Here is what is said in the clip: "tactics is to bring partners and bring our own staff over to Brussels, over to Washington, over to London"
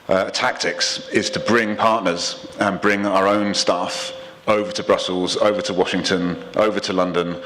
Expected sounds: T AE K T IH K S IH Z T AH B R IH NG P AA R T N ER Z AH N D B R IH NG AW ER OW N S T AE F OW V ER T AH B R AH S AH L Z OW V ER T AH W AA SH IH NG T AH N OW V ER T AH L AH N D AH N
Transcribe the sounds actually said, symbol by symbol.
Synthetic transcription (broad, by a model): T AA K T IH K S IH Z T AH B R IH NG P AA T N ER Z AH N B R IH NG AW ER OW N S T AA F OW V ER T AH B R AH S AH L Z OW V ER T AH W AA SH IH NG T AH N OW V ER T AH L AH N D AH N